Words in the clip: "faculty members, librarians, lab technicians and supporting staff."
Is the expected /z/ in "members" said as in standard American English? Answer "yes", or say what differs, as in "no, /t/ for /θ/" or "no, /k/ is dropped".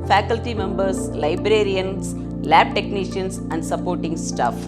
no, /s/ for /z/